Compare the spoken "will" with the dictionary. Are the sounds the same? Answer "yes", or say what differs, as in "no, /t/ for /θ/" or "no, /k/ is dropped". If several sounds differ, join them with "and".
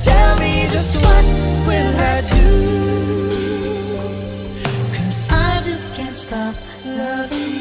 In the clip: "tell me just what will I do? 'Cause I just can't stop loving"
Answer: no, /n/ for /l/